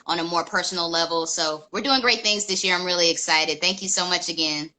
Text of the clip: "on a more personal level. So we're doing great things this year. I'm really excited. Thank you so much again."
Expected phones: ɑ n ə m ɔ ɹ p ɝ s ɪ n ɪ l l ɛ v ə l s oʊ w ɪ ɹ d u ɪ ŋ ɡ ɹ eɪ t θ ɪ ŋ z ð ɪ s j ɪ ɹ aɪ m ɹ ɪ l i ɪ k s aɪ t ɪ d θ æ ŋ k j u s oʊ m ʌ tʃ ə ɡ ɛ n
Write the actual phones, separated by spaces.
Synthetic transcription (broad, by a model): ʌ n ə m ɔ ɹ p ɝ s n l l ɛ v l s oʊ w ɪ ɹ d u ɪ ŋ ɡ ɹ eɪ t θ ɪ ŋ z ð ɪ s j ɪ ɹ aɪ m ɹ ɪ l i ɪ k s aɪ t ɪ d θ æ ŋ k j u s oʊ m ʌ tʃ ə ɡ ɛ n